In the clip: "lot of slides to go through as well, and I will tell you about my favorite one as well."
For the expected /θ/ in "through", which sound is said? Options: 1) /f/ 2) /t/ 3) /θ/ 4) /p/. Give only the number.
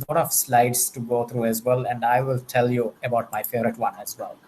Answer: 2